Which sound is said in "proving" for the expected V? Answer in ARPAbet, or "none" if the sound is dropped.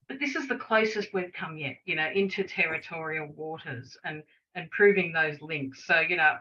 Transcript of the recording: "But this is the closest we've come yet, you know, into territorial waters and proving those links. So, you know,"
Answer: V